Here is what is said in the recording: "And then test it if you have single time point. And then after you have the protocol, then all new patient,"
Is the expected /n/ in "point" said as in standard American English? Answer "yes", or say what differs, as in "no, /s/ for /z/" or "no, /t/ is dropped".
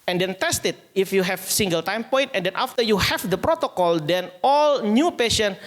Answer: yes